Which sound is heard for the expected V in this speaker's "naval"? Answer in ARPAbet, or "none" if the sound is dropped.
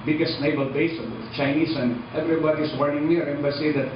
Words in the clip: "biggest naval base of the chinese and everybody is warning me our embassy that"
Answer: B